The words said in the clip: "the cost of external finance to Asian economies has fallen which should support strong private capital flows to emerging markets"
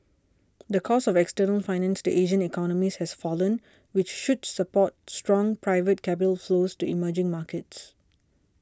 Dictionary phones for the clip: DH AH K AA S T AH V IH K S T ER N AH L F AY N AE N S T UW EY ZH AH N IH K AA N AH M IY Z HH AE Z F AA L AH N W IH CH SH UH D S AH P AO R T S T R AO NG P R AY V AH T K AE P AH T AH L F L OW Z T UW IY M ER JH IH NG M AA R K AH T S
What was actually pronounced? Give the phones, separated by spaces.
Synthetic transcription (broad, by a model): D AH K AA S AH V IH K S T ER N AH L F AY N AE N S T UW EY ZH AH N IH K AA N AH M IY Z HH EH S F AA L AH N W IH CH SH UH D S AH P AO T S T R AO NG P R AY V AH T K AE P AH T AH L F L OW S T UW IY M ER JH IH NG M AA K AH T S